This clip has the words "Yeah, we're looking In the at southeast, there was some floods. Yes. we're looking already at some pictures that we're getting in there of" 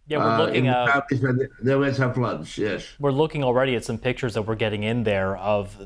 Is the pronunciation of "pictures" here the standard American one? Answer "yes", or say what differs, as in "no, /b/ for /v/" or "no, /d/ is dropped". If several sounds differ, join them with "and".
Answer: yes